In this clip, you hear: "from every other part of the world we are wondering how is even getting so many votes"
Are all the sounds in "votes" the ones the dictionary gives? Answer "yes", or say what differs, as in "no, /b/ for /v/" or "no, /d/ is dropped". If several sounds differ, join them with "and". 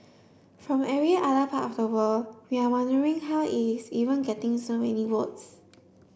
no, /w/ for /v/